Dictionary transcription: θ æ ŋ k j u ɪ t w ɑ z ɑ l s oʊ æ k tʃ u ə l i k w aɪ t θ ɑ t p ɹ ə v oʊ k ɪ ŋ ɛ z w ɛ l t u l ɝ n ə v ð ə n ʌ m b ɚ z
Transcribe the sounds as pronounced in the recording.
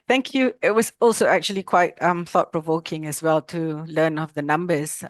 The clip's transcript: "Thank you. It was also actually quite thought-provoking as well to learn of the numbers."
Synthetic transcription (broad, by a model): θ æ ŋ k j u ɪ t w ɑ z ɑ l s oʊ æ k tʃ u ə l i k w aɪ t θ ɑ t p ɹ ə v oʊ k ɪ ŋ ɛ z w ɛ l t u l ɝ n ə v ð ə n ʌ m b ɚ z